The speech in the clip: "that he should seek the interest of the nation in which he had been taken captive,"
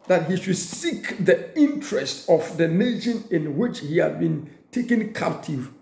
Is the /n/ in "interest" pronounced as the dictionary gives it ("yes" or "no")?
yes